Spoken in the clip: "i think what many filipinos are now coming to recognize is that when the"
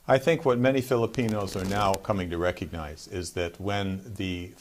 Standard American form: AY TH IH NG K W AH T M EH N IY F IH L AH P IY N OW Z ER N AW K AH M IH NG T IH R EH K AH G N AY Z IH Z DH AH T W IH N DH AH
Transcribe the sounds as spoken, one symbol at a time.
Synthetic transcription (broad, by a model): AY TH IH NG K W AH T M EH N IY F IH L AH P IY N OW Z ER N AW K AH M IH NG T IH R EH K AH G N AY Z IH Z DH AH T W IH N DH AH